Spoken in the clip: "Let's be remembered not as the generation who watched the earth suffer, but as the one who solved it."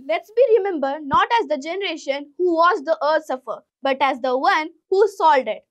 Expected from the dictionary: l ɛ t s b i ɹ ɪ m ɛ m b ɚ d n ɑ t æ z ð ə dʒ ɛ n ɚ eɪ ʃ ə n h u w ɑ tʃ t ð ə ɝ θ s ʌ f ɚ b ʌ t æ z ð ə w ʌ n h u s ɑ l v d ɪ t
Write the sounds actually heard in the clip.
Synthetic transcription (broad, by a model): l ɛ t s b i ɹ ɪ m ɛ m b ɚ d n ɑ t æ z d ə dʒ ɛ n ɚ eɪ ʃ ə n h u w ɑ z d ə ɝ s ʌ f ɚ b ʌ t æ z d ə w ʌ n h u s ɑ l d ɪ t